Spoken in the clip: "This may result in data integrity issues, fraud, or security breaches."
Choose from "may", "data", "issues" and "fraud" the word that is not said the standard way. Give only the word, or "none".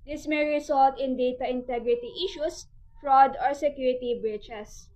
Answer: issues